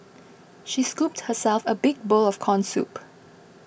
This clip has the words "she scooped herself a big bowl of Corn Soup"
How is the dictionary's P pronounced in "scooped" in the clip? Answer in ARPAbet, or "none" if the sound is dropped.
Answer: P